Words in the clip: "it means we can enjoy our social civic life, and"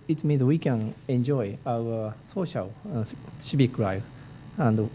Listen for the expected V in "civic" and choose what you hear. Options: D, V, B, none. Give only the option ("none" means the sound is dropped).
B